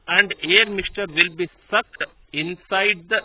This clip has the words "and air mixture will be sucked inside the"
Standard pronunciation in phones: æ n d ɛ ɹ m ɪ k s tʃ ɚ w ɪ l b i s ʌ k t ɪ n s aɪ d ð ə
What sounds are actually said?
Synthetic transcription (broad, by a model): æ n d ɛ ɹ m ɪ s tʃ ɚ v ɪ l b i s ʌ k t ɪ n s aɪ d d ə